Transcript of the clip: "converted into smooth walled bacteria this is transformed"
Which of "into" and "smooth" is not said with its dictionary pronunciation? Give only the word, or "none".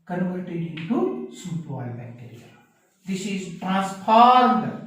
smooth